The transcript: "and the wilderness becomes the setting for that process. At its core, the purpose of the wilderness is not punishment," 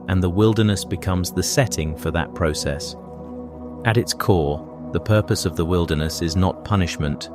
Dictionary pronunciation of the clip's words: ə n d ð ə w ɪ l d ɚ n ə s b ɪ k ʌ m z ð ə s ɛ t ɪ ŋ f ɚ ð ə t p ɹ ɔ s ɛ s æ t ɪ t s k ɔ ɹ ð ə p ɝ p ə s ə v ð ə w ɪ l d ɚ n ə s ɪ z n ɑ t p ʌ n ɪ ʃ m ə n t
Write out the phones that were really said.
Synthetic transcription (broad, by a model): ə n ð ə w ɪ l d ɚ n ə s b ɪ k ʌ m z ð ə s ɛ t ɪ ŋ f ɚ ð ə t p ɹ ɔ s ɛ s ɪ t ɪ t s k ɔ ɹ ð ə p ɝ p ə s ə v ð ə w ɪ l d ɚ n ə s ɪ z n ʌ t p ʌ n ɪ ʃ m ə n t